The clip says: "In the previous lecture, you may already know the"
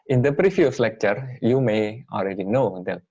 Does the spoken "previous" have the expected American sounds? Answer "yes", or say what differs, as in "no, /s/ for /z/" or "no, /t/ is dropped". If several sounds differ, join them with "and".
no, /f/ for /v/